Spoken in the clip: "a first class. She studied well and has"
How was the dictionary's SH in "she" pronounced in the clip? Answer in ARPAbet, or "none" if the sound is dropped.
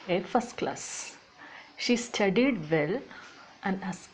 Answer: SH